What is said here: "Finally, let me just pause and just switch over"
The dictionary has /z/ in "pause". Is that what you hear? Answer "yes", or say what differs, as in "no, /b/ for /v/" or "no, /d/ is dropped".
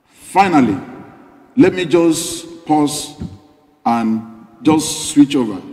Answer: no, /s/ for /z/